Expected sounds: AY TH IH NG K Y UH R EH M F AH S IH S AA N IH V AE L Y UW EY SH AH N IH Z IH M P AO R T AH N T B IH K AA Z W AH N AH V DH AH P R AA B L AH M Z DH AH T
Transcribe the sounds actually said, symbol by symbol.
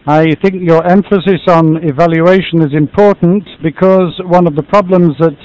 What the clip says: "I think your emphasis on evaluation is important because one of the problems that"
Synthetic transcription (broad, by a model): AY TH IH NG K Y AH R EH M F AH S IH S N IH V AE L Y UW EY SH AH N IH Z IH M P AO R T N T B IH K AA Z W AH N AH V DH AH P R AA B L AH M Z DH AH T